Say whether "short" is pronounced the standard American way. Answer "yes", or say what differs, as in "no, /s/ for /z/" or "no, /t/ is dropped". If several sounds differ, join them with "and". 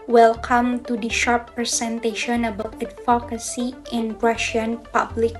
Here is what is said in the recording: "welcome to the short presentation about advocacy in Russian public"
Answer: yes